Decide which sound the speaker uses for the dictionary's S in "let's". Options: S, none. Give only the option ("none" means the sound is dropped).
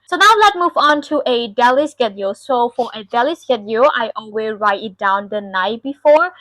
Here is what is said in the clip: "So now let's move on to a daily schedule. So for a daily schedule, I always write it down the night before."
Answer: none